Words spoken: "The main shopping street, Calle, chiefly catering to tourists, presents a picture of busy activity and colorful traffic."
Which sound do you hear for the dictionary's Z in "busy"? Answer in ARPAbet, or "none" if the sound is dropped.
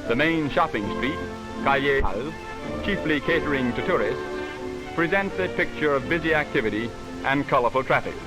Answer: Z